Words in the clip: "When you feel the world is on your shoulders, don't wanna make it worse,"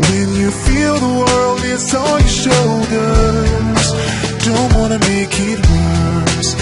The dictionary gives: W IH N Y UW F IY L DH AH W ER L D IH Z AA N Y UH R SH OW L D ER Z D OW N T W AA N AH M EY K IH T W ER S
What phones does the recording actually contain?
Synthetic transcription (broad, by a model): W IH N Y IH F IY L DH AH W ER L D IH S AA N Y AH SH OW L D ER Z D OW N T W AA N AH M EY K IH T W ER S